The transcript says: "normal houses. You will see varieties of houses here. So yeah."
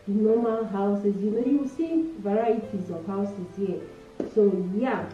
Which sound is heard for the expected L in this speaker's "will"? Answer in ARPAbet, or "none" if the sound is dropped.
N